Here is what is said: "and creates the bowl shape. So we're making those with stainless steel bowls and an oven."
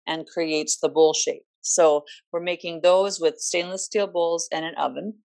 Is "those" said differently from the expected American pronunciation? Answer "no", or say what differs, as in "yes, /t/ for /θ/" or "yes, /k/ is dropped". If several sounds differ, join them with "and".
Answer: no